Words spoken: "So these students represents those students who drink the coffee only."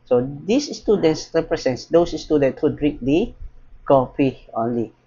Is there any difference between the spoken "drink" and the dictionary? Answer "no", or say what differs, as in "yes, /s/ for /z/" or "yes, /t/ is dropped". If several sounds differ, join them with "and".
yes, /ŋ/ is dropped